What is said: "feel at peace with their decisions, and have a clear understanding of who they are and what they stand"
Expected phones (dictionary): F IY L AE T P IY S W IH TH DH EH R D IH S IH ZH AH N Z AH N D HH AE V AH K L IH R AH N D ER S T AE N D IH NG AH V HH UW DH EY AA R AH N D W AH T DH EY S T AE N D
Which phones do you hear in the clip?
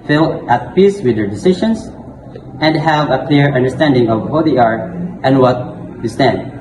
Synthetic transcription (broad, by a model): F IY L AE T P IY S W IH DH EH R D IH S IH SH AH N S AH N D HH AE V AH K L IH R AH N D ER S T AE N D IH NG AH V HH UW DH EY AA R AH N D W AH T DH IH S T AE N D